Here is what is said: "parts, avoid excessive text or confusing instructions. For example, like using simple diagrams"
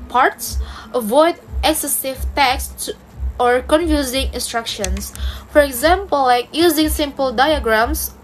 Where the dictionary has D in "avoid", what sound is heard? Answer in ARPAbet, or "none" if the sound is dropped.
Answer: D